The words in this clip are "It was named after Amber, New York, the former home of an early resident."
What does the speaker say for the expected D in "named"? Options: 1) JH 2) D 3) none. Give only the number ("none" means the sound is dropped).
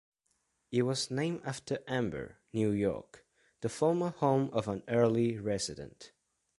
3